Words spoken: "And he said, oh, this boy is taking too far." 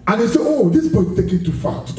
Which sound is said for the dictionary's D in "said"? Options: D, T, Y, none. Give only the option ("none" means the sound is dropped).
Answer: none